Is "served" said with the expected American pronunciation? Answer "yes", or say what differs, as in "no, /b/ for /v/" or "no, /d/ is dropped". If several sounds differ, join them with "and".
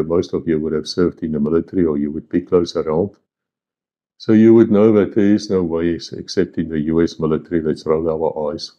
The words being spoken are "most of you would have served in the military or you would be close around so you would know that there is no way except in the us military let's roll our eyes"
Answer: yes